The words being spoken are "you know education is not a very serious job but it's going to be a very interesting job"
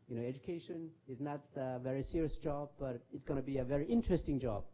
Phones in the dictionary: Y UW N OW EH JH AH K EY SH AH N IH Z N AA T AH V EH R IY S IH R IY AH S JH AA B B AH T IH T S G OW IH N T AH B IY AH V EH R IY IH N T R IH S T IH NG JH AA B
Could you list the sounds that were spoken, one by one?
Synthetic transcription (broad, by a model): Y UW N OW EH JH AH K EY SH AH N IH Z N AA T AH V EH R IY S IH R IY AH S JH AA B B AH T IH T S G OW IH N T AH B IY AH V EH R IY IH N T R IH S T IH NG JH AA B